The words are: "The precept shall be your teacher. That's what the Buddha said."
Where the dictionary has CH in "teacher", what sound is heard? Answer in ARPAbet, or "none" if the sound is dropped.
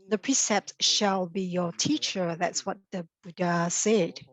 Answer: CH